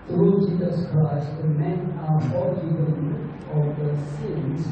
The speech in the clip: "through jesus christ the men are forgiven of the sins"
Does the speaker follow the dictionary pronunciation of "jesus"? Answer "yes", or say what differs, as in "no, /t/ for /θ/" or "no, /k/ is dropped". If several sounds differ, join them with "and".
yes